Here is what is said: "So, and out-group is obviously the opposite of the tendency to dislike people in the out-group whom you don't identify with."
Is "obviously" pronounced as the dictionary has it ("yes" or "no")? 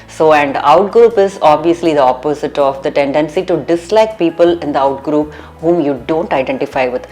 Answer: yes